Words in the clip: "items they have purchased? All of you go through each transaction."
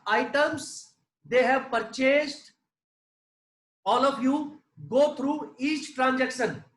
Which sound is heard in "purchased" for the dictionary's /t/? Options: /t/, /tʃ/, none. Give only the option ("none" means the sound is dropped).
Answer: /t/